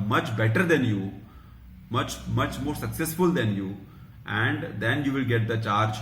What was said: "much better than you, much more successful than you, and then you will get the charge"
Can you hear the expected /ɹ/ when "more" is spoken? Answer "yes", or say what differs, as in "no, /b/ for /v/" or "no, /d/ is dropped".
yes